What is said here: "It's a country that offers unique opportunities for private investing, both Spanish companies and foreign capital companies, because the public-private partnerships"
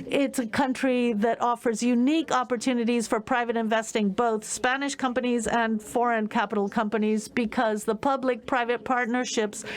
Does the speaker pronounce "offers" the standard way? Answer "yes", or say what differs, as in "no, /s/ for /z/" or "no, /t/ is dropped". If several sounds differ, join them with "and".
yes